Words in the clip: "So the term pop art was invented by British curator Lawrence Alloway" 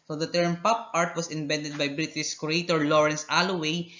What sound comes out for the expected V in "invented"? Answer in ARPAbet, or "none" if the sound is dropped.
B